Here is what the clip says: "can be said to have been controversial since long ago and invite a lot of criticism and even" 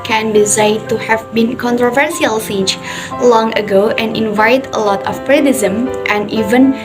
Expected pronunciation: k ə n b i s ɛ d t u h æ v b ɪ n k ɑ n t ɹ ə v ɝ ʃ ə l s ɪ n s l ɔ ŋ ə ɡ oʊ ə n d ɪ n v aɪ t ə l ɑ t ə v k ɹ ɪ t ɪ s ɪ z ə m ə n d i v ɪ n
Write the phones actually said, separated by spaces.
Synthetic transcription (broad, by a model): k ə n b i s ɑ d t u h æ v b ɪ n k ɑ n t ɹ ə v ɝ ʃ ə l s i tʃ l ɔ ŋ ə ɡ oʊ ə n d ɪ n v aɪ t ə l ɑ t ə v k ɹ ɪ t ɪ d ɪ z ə m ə n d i v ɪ n